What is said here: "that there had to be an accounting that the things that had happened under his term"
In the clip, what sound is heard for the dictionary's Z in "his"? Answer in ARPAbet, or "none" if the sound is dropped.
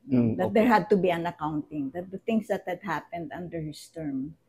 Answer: S